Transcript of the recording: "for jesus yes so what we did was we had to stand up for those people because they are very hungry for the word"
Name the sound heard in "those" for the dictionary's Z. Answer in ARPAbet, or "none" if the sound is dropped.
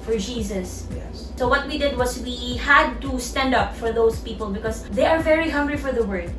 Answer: S